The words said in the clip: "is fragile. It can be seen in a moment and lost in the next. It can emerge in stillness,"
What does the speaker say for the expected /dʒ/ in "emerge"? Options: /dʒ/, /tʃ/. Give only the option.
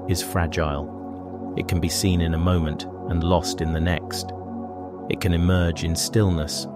/dʒ/